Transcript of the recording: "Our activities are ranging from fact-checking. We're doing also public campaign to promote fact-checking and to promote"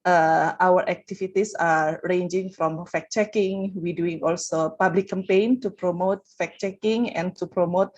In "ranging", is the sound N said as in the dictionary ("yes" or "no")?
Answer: yes